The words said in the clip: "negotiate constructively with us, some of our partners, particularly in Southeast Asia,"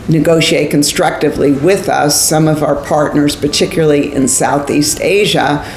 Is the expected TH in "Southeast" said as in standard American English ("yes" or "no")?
yes